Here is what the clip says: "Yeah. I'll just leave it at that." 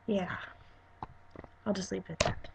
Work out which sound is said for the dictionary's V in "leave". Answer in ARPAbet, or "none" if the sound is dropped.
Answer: P